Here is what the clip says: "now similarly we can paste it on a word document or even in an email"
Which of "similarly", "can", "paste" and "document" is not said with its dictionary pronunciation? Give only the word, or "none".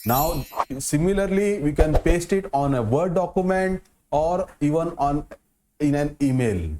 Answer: none